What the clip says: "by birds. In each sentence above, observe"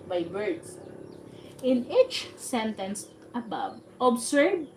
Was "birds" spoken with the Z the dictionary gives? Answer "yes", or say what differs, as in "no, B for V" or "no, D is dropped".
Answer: no, S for Z